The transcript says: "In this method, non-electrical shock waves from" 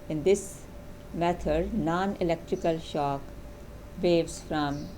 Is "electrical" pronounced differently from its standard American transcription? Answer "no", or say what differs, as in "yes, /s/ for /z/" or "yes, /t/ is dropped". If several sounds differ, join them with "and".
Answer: no